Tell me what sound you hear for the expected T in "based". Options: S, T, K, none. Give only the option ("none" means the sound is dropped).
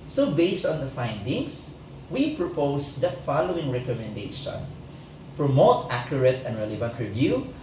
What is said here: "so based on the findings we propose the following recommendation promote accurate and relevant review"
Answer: T